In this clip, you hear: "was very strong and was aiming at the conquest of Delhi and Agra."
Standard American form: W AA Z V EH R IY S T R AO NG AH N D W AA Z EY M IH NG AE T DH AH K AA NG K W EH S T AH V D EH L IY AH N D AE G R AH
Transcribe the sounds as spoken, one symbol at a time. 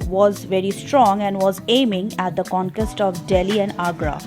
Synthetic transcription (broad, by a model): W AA Z V EH R IY S T R AO NG AH N D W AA Z EY M IH NG AE T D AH K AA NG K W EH S T AH V D EH L IY AH N D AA G R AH